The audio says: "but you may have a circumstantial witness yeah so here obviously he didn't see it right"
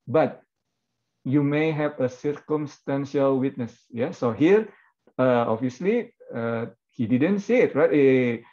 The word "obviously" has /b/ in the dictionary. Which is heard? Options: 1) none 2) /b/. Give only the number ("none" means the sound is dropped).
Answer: 1